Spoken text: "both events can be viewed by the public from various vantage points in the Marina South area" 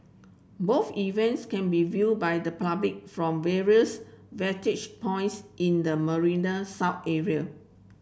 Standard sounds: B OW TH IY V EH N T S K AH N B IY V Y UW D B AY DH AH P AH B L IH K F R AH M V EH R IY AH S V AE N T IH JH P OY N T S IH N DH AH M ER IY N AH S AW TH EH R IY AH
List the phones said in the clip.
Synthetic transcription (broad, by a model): B OW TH IY V EH N T S K AH N B IY V Y UW D B AY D AH P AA B L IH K F R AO M V EH R IY AH S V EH T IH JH P OY N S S IH N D AH M ER IY N AH S AW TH EH R IY AH